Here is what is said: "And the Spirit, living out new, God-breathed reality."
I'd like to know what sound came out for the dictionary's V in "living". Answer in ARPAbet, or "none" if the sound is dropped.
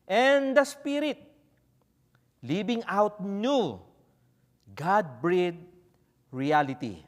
B